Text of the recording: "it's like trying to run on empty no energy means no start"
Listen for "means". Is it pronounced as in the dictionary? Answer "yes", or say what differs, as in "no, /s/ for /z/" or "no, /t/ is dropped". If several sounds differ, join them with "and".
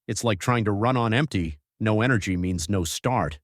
yes